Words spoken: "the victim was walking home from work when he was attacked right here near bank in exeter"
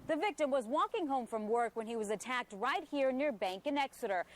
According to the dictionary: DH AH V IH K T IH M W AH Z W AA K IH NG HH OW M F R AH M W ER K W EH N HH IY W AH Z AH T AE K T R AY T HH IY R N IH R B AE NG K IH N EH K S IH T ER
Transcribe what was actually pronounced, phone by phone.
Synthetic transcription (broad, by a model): DH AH V IH K T IH M W AH Z W AA K IH NG HH OW M F R AH M W ER K W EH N IY W AH Z AH T AE K T R AY T HH IY R N IH R B AE NG K IH N EH K S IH T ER